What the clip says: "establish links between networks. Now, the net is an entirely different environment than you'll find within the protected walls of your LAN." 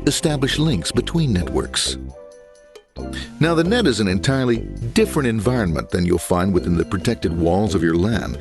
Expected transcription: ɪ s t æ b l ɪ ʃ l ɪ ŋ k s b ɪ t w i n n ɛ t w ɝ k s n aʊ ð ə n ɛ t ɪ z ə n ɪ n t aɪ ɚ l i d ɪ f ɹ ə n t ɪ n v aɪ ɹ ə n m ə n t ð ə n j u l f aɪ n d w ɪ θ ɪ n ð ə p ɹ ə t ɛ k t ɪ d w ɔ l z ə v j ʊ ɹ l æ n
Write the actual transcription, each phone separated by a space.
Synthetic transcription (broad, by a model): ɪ s t æ b l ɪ ʃ l ɪ ŋ k s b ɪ t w i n n ɛ t w ɝ k s n aʊ ð ə n ɛ t ɪ z ə n ɪ n t aɪ ɚ l i d ɪ f ɹ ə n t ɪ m v aɪ ɹ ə n m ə n ð ə n j u l f aɪ n d w ɪ θ ɪ n ð ə p ɹ ə t ɛ k t ɪ d w ɔ l z ə v j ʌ ɹ l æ n